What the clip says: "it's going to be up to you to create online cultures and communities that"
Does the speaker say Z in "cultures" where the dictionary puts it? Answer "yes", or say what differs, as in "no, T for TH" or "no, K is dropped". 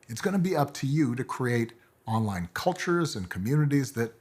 yes